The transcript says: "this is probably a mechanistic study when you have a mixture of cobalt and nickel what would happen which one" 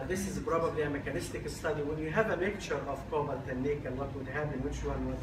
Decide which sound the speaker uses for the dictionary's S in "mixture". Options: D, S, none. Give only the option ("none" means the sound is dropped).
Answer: none